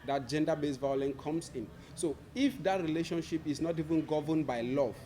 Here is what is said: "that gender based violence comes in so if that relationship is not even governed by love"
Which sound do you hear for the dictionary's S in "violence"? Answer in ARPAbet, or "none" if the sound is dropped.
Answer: none